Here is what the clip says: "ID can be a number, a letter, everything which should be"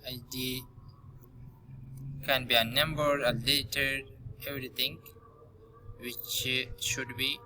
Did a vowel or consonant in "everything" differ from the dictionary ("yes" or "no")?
yes